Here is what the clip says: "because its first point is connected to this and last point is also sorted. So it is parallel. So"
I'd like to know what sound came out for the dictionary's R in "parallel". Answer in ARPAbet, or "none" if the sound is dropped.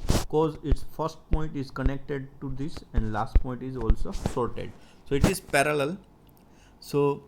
R